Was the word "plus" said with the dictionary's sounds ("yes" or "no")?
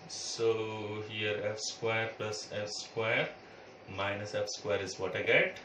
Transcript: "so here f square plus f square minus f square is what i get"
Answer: yes